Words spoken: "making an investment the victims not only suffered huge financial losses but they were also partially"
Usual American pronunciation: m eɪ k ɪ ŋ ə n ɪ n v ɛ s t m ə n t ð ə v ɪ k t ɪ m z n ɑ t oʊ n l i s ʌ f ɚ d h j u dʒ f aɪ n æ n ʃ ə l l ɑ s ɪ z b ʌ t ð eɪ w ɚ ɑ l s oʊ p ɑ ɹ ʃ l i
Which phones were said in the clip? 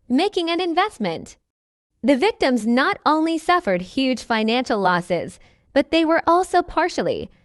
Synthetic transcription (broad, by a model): m eɪ k ɪ ŋ ə n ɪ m v ɛ s t m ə n t ð ə v ɪ k t ɪ m z n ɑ t oʊ n l i s ʌ f ɚ d h j u dʒ f aɪ n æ n ʃ l l ɑ s ɪ z b ʌ t ð eɪ w ɚ ɑ l s oʊ p ɑ ɹ ʃ l i